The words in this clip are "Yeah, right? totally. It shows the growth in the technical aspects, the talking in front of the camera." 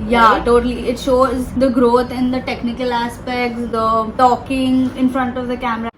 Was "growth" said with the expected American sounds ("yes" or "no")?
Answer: no